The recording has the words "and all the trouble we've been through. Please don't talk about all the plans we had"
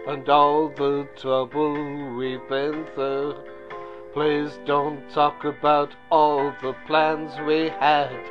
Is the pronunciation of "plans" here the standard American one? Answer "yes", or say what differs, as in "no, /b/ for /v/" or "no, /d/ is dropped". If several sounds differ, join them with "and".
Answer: yes